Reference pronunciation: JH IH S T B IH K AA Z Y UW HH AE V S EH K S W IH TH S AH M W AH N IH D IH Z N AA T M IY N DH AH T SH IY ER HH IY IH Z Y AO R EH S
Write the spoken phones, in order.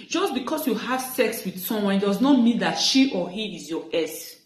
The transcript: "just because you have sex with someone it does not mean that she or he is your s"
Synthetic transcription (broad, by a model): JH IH S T B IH K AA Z Y UW HH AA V S EH K S W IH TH S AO M W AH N D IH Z N AA T M IY N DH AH T SH IY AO HH IY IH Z Y AO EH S